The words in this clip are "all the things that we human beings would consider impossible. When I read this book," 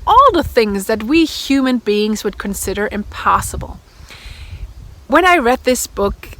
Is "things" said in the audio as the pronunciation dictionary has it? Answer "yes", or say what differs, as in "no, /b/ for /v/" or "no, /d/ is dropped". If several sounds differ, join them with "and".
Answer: yes